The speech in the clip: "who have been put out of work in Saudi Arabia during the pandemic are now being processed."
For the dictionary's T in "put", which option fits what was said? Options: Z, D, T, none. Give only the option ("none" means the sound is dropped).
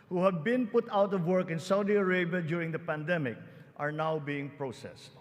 T